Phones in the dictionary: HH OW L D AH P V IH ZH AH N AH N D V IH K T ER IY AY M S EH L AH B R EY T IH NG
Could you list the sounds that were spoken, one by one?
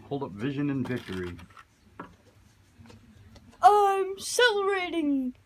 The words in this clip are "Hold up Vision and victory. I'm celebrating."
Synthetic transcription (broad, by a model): HH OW L D AH P V IH ZH AH N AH N V IH K T ER IY AY M S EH L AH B R EY T IH NG